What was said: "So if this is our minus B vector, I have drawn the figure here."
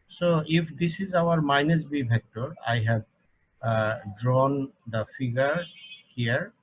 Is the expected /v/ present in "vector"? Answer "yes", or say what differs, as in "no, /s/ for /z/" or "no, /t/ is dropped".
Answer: no, /b/ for /v/